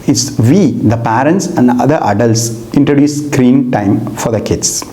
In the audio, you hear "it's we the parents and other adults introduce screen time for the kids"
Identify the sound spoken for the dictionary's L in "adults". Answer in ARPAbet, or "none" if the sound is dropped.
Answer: L